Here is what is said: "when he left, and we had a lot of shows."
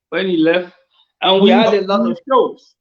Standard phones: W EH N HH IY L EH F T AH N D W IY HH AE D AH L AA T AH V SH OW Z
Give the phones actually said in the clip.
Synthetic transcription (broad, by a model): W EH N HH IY L EH F T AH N W IY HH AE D AH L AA AH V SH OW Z